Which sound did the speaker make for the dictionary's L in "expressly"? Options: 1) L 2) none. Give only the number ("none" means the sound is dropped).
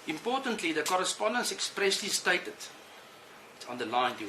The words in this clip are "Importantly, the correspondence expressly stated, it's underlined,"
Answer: 1